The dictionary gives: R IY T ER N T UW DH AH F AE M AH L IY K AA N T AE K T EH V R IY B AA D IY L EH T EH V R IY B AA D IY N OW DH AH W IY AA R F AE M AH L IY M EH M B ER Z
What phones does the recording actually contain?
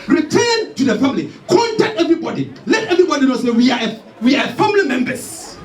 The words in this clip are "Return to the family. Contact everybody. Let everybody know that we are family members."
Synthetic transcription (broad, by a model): R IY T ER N T UW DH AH F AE M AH L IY K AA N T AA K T EH V R IY B AA D IY L EH T EH V R IY B AA D IY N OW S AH W IY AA W F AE M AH L IY M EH M B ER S